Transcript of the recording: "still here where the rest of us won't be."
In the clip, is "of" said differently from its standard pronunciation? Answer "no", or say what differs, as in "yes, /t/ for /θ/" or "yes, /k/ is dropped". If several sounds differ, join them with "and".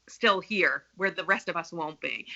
no